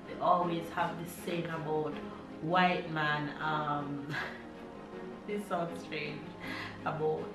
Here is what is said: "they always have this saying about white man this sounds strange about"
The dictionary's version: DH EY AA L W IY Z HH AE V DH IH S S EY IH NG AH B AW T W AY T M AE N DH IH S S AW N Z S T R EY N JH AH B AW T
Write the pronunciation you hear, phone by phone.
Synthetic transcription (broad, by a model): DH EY AA L W IY Z HH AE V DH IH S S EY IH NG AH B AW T W AY T M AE N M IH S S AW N S T R EY N JH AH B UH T